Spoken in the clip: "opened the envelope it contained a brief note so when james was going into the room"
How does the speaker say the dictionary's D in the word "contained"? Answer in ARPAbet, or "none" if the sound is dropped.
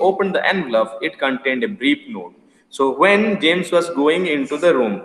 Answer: D